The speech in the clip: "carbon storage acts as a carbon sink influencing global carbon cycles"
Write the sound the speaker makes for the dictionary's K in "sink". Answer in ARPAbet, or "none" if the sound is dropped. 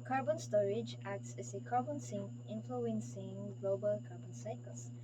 none